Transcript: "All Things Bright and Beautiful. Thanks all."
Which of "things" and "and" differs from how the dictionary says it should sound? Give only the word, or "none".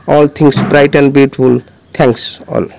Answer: things